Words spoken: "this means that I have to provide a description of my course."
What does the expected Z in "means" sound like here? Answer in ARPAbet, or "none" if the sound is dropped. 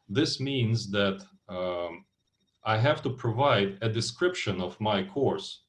Z